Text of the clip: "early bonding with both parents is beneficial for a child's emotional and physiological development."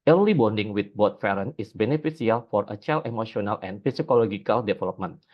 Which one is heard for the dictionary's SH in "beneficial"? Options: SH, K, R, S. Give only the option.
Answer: S